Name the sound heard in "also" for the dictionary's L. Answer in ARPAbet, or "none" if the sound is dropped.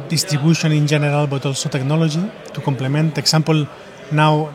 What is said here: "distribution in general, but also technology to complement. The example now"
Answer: L